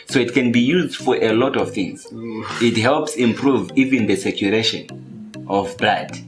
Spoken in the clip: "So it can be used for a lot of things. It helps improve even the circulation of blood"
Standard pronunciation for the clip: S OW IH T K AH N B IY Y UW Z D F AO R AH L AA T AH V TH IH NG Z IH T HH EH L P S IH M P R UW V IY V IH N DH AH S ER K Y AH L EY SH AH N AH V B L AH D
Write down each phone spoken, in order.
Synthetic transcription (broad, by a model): S OW IH T K AH N B IY Y UW Z D F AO R AH L AA T AH V TH IH NG Z IH T HH EH L P S IH M P R UW V IY V IH N DH AH S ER K Y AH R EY SH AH N AH V B L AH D